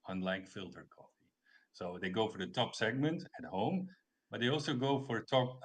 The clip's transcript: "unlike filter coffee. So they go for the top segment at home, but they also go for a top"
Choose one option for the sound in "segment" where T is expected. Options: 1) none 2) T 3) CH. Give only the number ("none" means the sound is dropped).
2